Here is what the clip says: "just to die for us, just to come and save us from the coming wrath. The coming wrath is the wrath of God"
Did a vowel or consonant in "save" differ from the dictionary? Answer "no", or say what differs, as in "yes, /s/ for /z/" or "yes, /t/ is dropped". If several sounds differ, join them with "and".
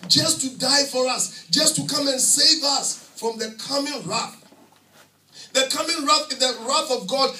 no